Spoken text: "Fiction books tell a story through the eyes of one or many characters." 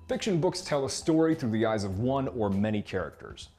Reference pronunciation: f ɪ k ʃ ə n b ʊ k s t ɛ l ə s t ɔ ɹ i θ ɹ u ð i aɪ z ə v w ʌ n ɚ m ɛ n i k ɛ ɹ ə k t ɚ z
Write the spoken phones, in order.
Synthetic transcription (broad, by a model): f ɪ k ʃ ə n b ʊ k s t ɛ l ə s t ɔ ɹ i θ ɹ u ð i aɪ z ə v w ʌ n ɚ m ɛ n i k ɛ ɹ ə k t ɚ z